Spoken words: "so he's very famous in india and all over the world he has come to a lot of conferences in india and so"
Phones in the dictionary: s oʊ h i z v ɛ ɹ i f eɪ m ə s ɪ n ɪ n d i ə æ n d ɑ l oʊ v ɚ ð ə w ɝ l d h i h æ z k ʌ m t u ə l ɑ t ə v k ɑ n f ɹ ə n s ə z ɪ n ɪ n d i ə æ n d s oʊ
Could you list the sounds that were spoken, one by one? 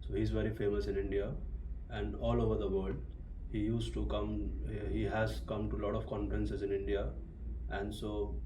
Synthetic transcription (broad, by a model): s oʊ h i z v ɛ ɹ i f eɪ m ə s ɪ n ɪ n d i ə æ n d ɑ l oʊ v ɚ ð ə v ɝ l d h i h æ z k ʌ m t u l ɑ t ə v k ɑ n f ɹ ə n s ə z ɪ n ɪ n d i ə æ n d s oʊ